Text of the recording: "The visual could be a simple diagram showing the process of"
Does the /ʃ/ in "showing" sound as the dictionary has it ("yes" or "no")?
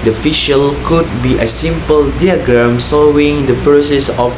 no